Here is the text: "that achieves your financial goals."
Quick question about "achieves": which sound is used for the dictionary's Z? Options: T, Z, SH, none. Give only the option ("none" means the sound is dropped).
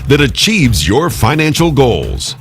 Z